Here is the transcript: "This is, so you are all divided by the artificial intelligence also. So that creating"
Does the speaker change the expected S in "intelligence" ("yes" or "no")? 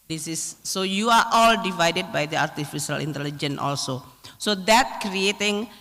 yes